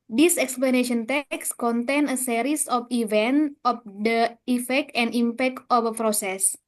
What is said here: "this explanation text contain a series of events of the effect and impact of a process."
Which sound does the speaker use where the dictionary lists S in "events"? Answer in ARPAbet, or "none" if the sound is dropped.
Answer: none